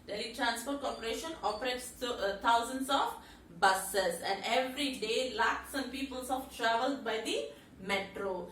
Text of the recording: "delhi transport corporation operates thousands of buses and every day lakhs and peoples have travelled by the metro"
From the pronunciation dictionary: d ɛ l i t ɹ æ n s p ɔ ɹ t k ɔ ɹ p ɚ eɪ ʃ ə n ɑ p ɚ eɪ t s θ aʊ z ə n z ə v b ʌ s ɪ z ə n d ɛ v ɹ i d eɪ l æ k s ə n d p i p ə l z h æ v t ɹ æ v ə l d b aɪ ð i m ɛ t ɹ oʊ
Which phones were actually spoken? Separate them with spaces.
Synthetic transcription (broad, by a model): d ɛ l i t ɹ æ n s p ɔ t k ɔ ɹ p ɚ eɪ ʃ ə n ɑ p ɚ eɪ t s t aʊ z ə n s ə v b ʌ s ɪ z ə n d ɛ v ɹ i d eɪ l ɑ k s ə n p i p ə l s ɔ f t ɹ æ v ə l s b aɪ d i m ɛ t ɹ oʊ